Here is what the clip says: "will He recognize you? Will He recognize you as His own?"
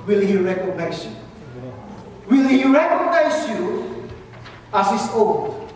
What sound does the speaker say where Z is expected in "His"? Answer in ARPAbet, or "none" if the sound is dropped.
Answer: S